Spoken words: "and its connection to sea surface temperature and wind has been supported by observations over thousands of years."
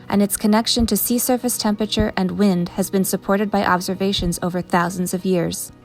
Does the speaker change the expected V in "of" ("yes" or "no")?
no